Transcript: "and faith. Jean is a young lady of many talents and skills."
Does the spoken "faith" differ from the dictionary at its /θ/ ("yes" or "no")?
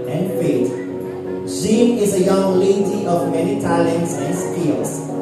yes